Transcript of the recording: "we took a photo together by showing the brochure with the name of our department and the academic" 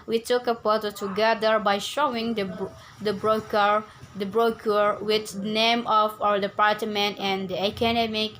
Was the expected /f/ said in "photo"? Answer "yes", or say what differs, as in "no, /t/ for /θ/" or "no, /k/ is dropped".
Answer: no, /p/ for /f/